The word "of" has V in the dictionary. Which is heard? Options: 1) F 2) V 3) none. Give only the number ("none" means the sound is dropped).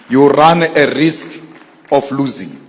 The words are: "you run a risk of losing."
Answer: 1